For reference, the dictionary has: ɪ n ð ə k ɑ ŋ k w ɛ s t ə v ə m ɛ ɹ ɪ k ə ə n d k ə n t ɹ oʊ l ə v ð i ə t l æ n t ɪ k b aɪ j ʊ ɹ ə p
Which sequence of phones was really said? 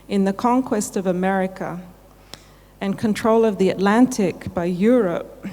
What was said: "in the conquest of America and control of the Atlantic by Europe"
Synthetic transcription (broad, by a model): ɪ n ð ə k ɑ ŋ k w ɛ s t ə v ə m ɛ ɹ ɪ k ə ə n k ə n t ɹ oʊ l ə v ð i ə t l æ n t ɪ k b aɪ j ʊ ɹ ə p